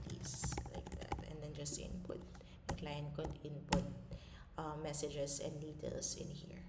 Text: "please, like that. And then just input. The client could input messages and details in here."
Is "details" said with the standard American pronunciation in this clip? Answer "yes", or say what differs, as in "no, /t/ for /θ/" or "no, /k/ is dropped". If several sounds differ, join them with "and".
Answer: no, /s/ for /z/